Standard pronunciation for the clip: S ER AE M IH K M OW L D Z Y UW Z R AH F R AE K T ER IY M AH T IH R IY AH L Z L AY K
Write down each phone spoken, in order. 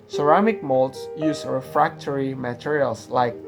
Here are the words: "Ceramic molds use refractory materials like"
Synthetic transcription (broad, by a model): S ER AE M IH K M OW L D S Y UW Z R AH F R AE K T ER IY M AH T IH R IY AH L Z L AY K